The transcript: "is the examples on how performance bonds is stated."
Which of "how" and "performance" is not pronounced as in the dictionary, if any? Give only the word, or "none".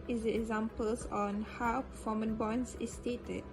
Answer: performance